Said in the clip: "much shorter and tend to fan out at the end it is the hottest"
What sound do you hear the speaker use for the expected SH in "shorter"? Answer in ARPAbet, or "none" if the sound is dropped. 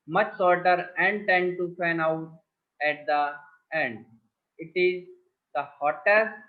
S